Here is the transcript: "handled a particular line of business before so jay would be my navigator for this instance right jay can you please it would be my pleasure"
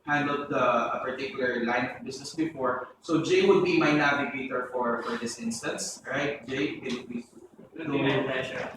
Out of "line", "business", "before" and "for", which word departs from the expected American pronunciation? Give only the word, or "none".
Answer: business